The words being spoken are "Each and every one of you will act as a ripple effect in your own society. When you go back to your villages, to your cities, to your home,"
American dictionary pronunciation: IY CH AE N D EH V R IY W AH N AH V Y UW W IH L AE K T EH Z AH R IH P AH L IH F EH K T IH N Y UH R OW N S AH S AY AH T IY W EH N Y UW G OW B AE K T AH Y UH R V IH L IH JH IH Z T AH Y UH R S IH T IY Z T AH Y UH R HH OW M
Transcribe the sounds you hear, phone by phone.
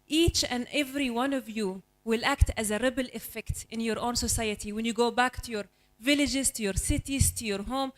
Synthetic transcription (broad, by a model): IY CH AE N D EH V R IY W AH N AH V Y UW W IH L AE K T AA Z AH R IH B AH L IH F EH K T IH N Y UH R OW N S AH S AY AH T IY W EH N Y UW G OW B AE K T AH Y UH R V IH L IH JH IH Z T AH Y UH R S IH T IY Z T AH Y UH R HH OW M